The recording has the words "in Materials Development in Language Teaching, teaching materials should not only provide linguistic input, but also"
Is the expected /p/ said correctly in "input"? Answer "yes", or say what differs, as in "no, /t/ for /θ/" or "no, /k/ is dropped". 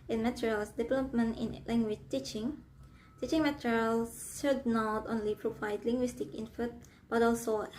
no, /f/ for /p/